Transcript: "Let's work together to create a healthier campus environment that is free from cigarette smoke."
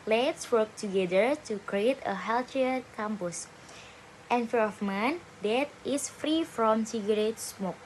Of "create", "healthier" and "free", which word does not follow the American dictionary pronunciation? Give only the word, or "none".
healthier